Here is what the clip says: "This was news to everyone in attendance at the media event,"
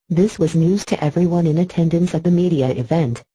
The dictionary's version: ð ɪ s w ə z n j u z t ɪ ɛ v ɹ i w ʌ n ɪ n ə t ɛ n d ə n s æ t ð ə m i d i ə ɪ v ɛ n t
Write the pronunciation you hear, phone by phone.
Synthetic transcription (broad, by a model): ð ɪ s w ə z n j u z t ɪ ɛ v ɹ i w ʌ n ɪ n ə t ɛ n d ə n s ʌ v ð ə m i d i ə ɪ v ɛ n t